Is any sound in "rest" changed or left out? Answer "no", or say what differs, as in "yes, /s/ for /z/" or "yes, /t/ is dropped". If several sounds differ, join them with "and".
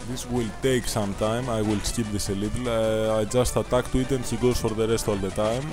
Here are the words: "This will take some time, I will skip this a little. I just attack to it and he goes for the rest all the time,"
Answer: no